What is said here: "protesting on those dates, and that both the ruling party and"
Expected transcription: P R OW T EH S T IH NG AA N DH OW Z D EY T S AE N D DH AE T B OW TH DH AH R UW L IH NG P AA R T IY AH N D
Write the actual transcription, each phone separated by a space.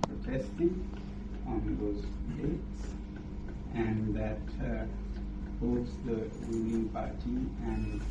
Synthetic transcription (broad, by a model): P R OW T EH S T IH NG AA N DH OW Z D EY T S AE N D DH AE T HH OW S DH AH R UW N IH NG P AA R T IY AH N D